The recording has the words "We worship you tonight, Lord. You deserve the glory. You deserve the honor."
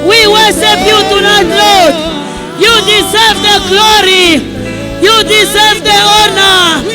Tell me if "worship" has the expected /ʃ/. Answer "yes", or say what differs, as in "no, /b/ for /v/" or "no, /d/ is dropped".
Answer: no, /s/ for /ʃ/